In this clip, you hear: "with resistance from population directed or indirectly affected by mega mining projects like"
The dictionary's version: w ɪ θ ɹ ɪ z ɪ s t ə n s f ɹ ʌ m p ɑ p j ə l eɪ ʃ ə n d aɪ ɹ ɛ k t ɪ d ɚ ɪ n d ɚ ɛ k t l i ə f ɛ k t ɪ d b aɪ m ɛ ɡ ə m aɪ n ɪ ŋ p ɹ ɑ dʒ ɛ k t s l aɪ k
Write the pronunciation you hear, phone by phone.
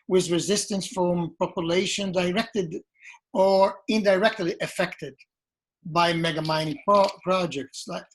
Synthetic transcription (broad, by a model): w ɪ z ɹ ɪ z ɪ s t ə n s f ɹ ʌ m p ɑ p j ə l eɪ ʃ ə n d aɪ ɹ ɛ k t ɪ d ɚ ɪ n d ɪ ɛ k t l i ə f ɛ k t ɪ d b aɪ m ɛ ɡ ə m aɪ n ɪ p p ɹ ɑ dʒ ɛ k t s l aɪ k